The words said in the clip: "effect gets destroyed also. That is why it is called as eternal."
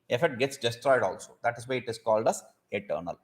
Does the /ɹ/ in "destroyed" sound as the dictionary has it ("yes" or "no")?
yes